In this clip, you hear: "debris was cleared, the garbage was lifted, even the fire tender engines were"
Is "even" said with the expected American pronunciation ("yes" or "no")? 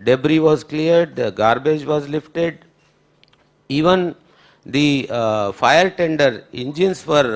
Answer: yes